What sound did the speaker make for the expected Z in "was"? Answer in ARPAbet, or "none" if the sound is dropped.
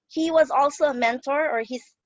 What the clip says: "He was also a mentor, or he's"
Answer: Z